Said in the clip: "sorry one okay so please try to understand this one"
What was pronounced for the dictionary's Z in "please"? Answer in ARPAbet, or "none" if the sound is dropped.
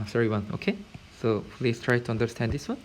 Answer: S